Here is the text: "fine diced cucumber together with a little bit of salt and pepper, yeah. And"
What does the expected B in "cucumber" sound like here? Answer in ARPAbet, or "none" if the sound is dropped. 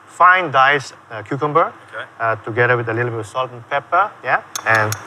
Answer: B